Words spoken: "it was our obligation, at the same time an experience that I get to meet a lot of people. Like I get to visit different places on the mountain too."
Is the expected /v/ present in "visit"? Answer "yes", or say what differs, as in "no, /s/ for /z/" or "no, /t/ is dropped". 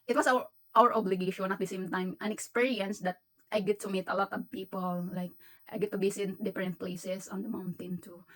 no, /b/ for /v/